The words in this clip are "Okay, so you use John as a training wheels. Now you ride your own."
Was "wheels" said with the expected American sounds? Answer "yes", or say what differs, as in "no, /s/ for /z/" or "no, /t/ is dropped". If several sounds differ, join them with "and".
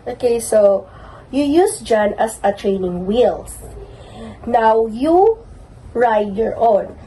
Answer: no, /s/ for /z/